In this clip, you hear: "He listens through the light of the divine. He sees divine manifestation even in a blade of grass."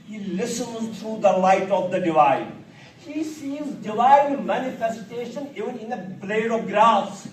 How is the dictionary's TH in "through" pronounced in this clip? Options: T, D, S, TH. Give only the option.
T